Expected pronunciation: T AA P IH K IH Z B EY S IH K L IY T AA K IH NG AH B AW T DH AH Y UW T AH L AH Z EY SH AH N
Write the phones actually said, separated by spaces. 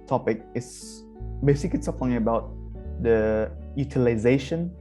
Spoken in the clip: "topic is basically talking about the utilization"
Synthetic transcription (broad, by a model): T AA P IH K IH S B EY S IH K IY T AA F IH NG AH B AW T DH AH Y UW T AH L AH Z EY SH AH N